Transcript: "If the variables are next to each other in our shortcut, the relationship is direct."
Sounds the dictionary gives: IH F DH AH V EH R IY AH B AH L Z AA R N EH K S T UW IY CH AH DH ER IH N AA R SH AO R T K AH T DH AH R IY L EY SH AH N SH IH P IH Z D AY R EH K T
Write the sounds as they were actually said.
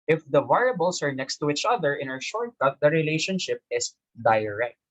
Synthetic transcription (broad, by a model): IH F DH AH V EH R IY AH B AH L S AA R N EH K S T UW IY CH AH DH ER IH N AA R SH AO R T AH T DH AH R IY L EY SH AH N SH IH P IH S D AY R EH K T